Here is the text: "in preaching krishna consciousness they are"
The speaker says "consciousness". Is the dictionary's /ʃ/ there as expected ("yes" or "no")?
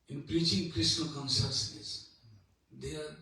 no